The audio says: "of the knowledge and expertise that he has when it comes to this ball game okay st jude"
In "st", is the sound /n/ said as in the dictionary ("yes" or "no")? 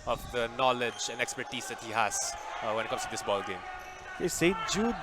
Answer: no